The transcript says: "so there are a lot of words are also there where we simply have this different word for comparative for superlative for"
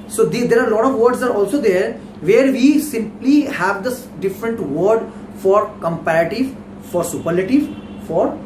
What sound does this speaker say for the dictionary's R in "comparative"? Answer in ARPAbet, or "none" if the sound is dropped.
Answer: R